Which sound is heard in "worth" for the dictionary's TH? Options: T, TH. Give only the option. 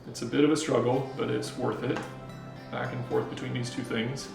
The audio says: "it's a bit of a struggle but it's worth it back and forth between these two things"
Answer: TH